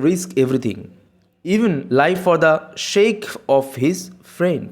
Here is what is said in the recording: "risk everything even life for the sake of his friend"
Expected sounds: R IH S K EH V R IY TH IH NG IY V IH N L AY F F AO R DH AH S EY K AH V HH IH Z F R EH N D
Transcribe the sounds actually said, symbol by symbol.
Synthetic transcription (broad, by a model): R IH S K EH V R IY T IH NG IY V IH N L AY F F AO R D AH SH EY K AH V HH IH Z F R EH N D